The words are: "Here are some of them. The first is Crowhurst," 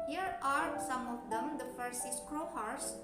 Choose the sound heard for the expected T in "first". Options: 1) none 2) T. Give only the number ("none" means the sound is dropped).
1